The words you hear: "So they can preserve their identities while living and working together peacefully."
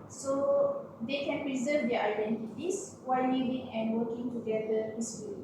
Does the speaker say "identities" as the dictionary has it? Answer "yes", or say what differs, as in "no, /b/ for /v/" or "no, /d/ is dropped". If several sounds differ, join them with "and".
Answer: no, /s/ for /z/